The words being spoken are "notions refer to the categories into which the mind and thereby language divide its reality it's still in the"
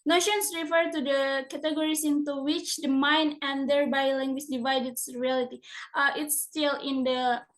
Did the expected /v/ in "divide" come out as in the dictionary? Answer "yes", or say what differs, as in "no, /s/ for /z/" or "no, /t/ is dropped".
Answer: yes